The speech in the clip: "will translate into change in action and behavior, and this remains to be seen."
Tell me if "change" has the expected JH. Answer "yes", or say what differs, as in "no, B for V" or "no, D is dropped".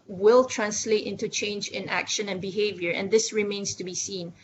yes